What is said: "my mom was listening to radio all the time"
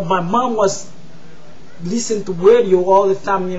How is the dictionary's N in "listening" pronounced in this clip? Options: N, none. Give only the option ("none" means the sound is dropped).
none